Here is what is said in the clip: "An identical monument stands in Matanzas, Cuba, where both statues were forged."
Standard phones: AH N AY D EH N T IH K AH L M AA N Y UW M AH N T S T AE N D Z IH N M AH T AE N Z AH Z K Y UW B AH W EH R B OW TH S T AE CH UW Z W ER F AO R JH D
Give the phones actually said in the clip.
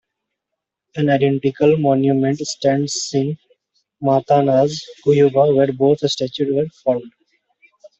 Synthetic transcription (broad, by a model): AH N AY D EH N T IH K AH L M AA N Y UW M AH N T S T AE N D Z IH N M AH T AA N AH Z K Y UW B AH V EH R B OW T S T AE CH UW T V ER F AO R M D